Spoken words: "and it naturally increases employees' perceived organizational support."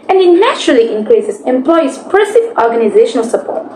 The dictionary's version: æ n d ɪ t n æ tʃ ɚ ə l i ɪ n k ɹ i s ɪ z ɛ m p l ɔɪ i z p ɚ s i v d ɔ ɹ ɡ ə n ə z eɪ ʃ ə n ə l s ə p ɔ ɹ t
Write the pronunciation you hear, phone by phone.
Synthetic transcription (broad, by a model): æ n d ɪ t n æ tʃ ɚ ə l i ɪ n k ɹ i s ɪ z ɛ m p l ɔɪ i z p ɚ s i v ɔ ɹ ɡ ə n ə z eɪ ʃ ə n ə l s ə p ɔ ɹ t